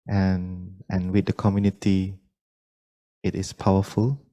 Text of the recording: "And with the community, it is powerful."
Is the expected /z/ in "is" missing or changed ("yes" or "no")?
yes